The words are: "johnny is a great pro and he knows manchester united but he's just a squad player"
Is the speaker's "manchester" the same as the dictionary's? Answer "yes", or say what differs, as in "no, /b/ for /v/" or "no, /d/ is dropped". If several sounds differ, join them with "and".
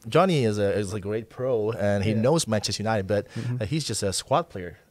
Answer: no, /n/ is dropped